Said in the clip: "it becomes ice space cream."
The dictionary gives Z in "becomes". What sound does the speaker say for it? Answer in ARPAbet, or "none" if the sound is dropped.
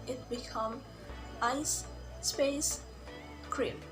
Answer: none